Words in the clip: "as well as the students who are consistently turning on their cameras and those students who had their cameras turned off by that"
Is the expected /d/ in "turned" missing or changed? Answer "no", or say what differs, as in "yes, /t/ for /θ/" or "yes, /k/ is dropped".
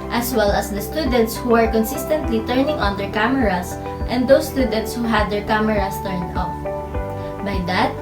yes, /d/ is dropped